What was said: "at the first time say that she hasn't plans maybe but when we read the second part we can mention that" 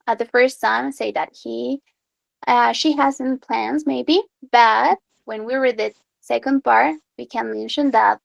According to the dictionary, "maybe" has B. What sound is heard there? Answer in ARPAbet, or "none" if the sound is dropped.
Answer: B